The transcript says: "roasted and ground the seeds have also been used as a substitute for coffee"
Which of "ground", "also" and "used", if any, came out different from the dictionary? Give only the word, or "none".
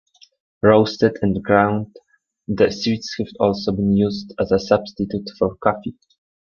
none